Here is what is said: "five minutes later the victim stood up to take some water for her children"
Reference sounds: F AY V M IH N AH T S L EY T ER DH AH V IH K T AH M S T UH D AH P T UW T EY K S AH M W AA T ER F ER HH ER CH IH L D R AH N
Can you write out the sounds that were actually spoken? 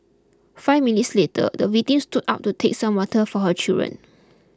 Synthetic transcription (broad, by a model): F AY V M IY N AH T S L EY T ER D AH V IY T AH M S T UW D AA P T UW T EY K S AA M W AA T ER F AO HH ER CH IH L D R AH N